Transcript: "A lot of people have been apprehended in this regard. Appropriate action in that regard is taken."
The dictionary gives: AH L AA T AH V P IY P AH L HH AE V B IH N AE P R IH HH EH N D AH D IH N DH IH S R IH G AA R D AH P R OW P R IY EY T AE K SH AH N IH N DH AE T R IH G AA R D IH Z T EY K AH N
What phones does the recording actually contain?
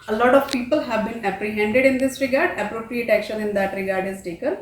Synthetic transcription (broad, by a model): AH L AA T AH V P IY P AH L HH AE V B IH N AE P R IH HH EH N D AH D IH N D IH S R IH G AA R D AH P R OW P R IY EY T AE K SH AH N IH N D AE T R IH G AA R D IH Z T EY K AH N